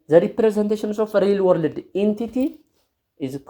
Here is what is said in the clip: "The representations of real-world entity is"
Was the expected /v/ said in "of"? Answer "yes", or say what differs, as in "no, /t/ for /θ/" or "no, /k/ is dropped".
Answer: no, /f/ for /v/